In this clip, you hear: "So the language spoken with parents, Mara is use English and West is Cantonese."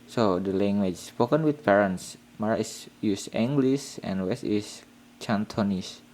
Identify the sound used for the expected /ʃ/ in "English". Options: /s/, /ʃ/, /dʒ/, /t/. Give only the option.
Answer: /s/